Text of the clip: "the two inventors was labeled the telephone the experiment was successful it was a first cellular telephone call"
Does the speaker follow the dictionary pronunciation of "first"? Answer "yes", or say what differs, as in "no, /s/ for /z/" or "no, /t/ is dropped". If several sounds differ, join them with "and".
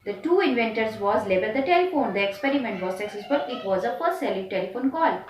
no, /p/ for /f/ and /s/ is dropped